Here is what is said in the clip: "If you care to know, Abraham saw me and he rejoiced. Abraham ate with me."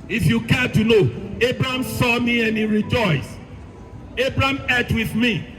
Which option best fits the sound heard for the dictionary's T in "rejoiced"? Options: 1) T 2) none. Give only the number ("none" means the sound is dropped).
2